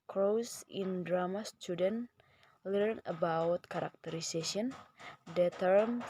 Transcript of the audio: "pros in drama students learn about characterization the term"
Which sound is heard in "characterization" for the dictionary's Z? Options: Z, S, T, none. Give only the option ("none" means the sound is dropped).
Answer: S